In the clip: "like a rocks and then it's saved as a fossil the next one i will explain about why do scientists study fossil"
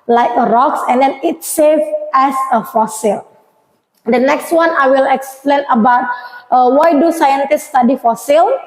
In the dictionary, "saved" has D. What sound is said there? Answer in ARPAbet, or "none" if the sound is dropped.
none